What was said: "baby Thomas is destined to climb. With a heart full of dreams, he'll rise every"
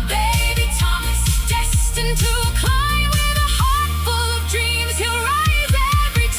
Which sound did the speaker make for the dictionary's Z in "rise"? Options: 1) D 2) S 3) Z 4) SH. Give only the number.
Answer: 3